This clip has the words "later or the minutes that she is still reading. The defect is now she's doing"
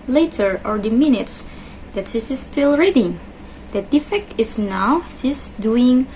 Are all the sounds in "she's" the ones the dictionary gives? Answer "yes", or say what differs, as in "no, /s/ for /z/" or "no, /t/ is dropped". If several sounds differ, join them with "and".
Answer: no, /s/ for /ʃ/ and /s/ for /z/